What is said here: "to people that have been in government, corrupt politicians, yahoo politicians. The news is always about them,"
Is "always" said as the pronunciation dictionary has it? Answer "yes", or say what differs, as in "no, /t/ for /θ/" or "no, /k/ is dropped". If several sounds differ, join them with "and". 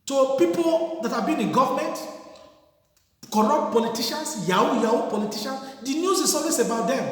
no, /s/ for /z/